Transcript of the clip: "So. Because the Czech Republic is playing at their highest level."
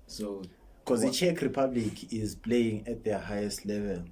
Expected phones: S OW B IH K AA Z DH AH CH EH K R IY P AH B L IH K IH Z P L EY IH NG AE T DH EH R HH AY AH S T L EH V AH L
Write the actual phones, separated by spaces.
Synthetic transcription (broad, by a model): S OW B K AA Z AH CH EH K R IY P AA B L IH K IH Z P L EY IH NG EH T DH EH HH AY AH S T L EH V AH L